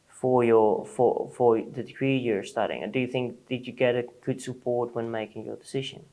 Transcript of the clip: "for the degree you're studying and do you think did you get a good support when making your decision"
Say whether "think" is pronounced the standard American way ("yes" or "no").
yes